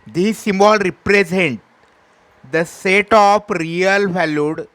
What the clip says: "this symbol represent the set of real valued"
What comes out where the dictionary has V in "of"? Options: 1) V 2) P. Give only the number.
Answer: 2